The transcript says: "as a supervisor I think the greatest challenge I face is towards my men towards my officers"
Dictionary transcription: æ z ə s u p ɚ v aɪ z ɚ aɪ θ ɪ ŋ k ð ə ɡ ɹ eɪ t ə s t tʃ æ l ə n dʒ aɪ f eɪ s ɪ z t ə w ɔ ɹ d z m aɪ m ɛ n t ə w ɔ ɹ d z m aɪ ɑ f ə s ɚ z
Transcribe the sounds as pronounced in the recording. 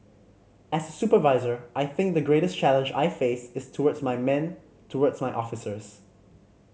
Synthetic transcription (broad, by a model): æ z ə s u p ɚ v aɪ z ɚ aɪ θ ɪ ŋ k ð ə ɡ ɹ eɪ t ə s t tʃ æ l ə n dʒ aɪ f eɪ s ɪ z t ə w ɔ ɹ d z m aɪ m ɛ n t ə w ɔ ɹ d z m aɪ ɑ f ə s ɚ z